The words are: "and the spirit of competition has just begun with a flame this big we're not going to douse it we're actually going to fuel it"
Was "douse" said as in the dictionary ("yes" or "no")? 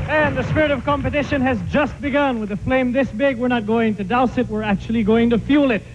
yes